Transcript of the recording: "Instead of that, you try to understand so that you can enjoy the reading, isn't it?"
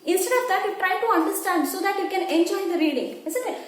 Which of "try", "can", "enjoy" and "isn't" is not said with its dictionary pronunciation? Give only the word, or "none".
isn't